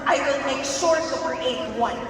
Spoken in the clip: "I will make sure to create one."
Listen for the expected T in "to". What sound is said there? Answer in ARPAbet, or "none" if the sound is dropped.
S